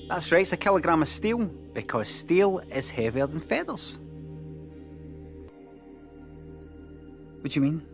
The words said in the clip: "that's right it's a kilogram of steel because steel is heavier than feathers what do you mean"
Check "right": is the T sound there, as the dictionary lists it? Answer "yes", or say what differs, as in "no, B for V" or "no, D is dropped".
no, T is dropped